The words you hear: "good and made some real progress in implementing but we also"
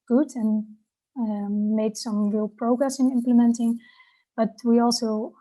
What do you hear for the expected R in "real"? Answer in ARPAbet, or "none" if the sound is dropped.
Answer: R